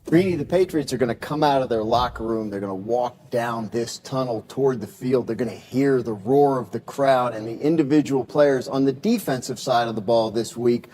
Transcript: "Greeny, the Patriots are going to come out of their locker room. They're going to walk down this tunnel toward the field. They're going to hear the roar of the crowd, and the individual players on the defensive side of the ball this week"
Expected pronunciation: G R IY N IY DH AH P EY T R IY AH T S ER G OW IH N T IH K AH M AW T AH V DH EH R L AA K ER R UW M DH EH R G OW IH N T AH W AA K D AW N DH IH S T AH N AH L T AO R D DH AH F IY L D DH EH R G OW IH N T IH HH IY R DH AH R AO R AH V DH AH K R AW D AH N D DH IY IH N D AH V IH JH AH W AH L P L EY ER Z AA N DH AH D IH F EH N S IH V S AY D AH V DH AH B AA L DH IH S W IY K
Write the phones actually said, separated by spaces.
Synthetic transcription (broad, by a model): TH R IY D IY DH AH P EY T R IY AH T S ER G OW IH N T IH K AH M AW T AH V DH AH R L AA K R UW M DH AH R G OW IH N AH W AA K D AW N DH IH S T AH N L T AO R D DH AH F IY L D DH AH R G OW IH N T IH HH IY R DH AH R AO R AH V DH AH K R AW D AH N DH IY IH N D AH V IH JH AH W L P L EY ER Z N DH AH D IH F EH N S IH V S AY D AH V DH AH B AA L DH IH S W IY K